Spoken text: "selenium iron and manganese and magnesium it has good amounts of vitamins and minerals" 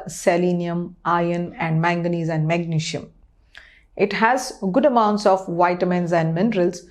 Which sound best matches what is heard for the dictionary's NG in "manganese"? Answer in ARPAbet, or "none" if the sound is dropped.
NG